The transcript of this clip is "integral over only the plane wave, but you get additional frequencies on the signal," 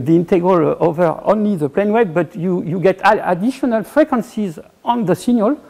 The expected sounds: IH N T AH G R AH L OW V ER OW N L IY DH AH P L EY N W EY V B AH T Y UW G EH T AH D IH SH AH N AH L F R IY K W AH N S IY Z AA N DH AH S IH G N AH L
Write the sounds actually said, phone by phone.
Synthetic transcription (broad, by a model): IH N T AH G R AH L OW V ER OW N L IY DH AH P L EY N W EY B B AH T Y UW G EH T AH D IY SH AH N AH L F R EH K W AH N S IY Z AA N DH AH S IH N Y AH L